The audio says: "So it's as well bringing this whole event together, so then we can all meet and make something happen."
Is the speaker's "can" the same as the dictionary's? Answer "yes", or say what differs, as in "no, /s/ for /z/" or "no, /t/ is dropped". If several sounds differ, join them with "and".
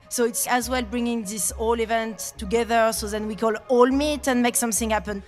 no, /l/ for /n/